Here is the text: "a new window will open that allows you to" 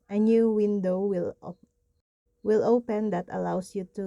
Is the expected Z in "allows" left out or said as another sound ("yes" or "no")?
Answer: yes